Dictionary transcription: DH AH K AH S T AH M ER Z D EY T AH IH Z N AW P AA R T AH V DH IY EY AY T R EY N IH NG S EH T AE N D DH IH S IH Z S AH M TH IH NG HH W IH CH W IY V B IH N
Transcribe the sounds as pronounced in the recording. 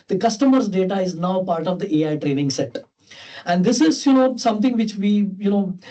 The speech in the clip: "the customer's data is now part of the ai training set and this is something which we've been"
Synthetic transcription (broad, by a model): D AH K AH S T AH M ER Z D EY T AH IH Z N AW P AA R T AH V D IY EY AY T R EY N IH NG S EH T AE N D IH S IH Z S AH M T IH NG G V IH CH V IY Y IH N